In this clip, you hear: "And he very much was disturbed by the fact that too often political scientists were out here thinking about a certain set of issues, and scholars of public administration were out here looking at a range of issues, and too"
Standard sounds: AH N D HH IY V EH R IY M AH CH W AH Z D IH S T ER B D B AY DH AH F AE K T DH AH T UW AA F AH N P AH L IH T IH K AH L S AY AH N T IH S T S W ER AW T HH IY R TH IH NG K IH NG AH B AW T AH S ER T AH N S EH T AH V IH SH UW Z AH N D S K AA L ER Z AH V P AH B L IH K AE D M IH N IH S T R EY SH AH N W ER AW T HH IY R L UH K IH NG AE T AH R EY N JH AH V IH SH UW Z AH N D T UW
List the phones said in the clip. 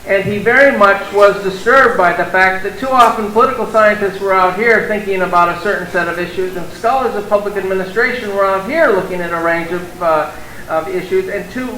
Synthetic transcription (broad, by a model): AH N IY V EH R IY M AH CH W AH Z D IH S T ER B D B AY DH AH F AE K T DH AH T UW AA F AH N P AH L IH T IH K L S AY AH N T IH S T S W ER AW T HH IY R TH IH NG K IH NG AH B AW T AH S ER T N S EH T AH V IH SH UW Z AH N S K AA L ER Z AH V P AH B L IH K AE D M IH N IH S T R EY SH AH N W ER AW T HH IY R L UH K IH NG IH T AH R EY N JH AH V IH SH UW Z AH N T UW